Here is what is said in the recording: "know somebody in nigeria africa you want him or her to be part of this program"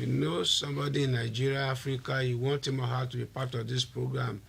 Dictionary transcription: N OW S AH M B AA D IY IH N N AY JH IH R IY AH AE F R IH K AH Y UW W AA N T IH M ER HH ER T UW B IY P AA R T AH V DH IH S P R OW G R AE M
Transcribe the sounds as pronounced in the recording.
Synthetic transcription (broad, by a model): N OW S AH M B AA D IY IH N N AY JH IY R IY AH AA F R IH K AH Y UW W AA N T IH M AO HH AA T UW B IY P AA T AH V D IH S P R OW G R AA M